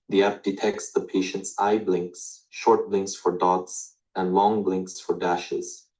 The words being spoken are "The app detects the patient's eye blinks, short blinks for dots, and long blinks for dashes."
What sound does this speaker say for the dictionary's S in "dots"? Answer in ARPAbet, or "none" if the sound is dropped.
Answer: S